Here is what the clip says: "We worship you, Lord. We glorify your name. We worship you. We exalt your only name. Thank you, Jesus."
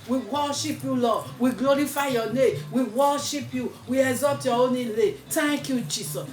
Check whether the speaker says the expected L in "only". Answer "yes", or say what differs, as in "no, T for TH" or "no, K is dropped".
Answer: no, L is dropped